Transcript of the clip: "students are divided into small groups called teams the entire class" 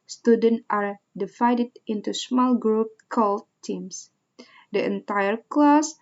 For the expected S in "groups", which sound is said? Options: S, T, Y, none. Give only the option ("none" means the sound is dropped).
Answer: none